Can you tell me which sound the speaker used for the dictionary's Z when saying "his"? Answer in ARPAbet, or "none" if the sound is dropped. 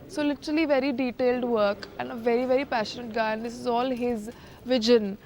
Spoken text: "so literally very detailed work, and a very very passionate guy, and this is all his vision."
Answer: Z